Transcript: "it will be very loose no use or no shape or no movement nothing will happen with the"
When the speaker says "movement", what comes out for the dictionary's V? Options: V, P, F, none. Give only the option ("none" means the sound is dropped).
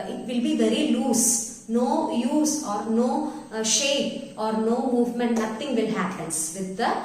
V